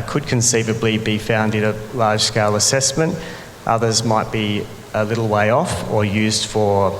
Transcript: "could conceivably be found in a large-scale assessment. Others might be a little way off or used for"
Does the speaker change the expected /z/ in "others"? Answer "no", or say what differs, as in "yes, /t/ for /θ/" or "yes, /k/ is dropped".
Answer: no